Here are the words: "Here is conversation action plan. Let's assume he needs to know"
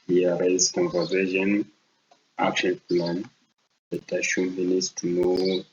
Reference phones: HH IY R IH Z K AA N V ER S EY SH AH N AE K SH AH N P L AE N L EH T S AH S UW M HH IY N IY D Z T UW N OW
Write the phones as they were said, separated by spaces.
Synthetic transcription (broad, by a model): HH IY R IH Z K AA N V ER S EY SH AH N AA K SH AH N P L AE N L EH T AH SH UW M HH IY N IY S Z T UW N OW